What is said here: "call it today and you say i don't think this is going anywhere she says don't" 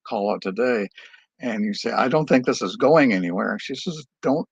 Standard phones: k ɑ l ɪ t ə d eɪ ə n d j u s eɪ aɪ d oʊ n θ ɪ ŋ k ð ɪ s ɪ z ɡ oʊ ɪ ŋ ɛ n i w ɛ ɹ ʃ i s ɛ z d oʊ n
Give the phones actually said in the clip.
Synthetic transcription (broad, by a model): k ɑ l ɪ t ə d eɪ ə n j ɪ s eɪ aɪ d oʊ n θ ɪ ŋ k ð ɪ s ɪ z ɡ oʊ ɪ ŋ ɛ n i w ɛ ɹ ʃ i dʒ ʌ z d oʊ n